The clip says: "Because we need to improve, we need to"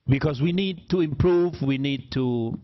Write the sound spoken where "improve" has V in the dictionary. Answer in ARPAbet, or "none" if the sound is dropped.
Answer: V